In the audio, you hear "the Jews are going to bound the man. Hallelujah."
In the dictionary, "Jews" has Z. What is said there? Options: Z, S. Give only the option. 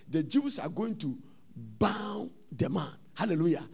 S